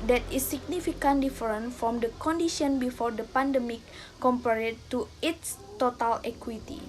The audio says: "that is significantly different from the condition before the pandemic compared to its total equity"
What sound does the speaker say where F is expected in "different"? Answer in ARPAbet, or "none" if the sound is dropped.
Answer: none